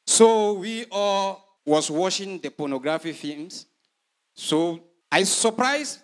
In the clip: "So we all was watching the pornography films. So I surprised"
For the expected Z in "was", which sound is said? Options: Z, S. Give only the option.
S